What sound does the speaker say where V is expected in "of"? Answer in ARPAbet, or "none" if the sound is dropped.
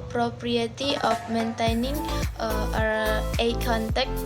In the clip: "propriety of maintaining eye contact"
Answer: P